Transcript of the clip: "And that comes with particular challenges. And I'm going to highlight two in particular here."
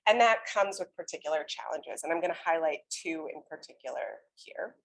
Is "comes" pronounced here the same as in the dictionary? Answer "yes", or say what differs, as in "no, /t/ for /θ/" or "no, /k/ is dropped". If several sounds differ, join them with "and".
yes